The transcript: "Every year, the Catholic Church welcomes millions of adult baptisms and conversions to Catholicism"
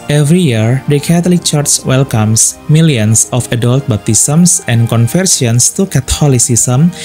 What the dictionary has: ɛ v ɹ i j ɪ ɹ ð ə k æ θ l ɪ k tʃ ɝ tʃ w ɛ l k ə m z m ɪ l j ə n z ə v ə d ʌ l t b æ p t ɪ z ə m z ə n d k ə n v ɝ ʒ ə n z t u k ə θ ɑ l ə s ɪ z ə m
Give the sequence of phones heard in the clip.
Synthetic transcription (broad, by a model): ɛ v ɹ i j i ɹ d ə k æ t l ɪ k tʃ ɝ tʃ w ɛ l k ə m s m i l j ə n s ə f ə d ʌ l t b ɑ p t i s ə m s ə n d k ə n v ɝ s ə n s t u k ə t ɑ l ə s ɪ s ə m